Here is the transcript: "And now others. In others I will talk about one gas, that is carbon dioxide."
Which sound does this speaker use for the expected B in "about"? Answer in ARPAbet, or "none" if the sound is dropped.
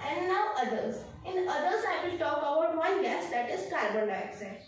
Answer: none